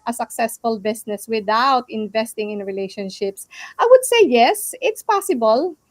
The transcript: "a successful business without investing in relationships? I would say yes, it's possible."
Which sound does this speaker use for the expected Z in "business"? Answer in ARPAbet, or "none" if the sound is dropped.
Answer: S